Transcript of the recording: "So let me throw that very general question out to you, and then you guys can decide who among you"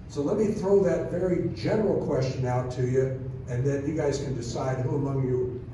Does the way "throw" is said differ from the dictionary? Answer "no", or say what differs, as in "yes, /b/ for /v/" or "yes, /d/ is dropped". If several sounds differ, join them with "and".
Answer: no